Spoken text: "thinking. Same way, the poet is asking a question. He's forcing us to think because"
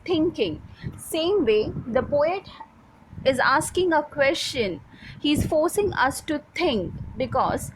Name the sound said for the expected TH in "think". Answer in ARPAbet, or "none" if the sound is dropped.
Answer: T